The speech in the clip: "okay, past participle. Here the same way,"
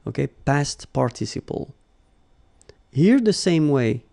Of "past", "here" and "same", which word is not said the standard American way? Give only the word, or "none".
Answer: none